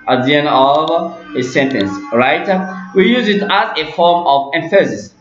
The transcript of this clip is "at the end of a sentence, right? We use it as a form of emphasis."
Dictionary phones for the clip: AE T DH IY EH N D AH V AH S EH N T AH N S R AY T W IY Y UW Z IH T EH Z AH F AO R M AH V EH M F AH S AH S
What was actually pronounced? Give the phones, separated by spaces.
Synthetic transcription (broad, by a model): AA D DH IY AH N AH V AH S EH N T AH N S R AY T W IY Y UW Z IH T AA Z AH F AO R M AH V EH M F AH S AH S